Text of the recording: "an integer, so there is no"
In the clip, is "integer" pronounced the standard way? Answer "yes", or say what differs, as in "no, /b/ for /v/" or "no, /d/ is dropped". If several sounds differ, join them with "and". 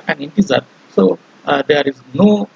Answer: no, /z/ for /dʒ/